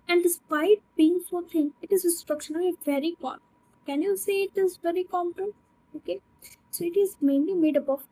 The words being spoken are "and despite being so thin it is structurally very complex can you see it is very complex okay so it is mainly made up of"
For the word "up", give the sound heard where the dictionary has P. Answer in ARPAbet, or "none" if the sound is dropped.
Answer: B